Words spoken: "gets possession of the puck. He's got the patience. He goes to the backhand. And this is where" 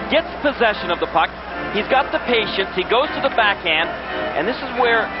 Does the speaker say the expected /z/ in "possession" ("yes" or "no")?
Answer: yes